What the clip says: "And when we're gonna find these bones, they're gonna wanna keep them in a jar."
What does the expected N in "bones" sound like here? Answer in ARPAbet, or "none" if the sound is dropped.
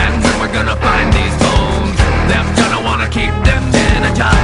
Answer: none